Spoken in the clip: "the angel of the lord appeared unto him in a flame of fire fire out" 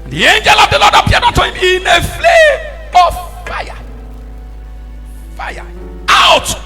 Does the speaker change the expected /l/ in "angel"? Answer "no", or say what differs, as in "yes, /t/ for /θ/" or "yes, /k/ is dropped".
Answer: no